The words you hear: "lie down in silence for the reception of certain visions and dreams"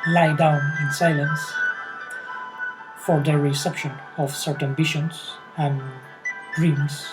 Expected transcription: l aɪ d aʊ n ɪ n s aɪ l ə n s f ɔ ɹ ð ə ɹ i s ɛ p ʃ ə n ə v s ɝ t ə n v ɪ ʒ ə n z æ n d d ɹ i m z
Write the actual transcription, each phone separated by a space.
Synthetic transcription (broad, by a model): l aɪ d aʊ n ɪ n s aɪ l ə n s f ɔ ɹ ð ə ɹ i s ɛ p ʃ ə n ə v s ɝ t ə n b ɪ ʃ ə n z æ n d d ɹ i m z